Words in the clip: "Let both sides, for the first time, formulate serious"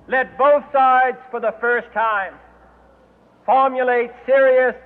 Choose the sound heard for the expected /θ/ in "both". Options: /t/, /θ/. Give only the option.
/θ/